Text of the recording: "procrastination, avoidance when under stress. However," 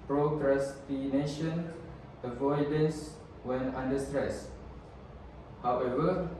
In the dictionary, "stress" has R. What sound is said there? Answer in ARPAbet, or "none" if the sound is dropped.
R